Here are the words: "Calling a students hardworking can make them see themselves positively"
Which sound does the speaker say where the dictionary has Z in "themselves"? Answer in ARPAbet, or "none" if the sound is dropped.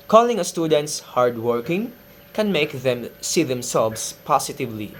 S